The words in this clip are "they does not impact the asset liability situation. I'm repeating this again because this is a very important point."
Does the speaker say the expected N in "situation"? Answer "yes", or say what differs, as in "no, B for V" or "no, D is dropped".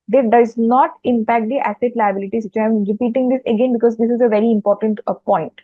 no, N is dropped